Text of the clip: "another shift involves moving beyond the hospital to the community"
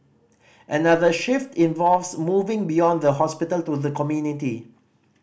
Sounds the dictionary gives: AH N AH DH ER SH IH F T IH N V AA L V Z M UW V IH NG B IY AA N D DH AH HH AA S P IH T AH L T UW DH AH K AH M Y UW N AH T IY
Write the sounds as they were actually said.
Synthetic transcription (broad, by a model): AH N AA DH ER SH IH F T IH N V AA L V S M UW V IH NG B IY AA N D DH AH HH AA S P IH T AH L T UW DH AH K AH M Y UW N AH T IY